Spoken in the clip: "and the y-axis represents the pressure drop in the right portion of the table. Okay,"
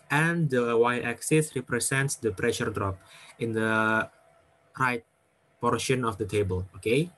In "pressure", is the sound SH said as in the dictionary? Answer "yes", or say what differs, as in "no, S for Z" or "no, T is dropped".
yes